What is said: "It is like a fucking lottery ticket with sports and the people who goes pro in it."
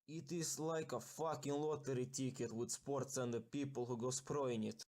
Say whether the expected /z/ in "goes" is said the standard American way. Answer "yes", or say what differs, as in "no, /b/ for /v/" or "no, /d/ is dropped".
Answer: no, /s/ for /z/